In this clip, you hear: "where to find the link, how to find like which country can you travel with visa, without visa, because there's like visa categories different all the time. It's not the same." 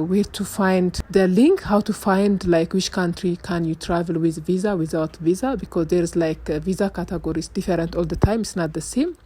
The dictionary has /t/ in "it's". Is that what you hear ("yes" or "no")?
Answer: yes